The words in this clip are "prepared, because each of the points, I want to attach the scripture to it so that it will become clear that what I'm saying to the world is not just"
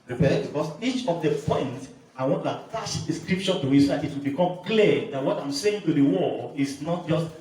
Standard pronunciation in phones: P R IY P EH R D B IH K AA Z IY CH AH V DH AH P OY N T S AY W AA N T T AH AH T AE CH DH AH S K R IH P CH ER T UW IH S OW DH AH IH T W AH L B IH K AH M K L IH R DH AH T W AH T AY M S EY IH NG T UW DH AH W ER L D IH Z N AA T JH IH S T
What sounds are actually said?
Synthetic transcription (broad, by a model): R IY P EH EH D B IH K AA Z IY CH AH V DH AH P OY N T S AY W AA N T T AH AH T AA SH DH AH S K R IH P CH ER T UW IH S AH IH T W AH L B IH K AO M K L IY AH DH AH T W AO T AY M S EY IH NG T UW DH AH W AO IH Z N AA T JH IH S T